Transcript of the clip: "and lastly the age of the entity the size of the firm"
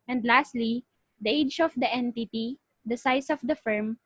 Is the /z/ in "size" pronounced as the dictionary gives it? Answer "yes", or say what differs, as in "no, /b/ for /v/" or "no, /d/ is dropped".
no, /s/ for /z/